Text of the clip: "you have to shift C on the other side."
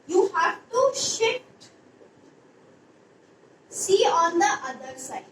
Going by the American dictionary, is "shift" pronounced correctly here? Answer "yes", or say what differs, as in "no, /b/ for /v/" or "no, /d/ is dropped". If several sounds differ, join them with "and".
no, /f/ is dropped